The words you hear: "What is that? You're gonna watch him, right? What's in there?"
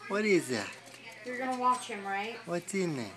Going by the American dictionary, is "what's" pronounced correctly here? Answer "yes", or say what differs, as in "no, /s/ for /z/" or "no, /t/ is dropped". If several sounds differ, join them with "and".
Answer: no, /s/ is dropped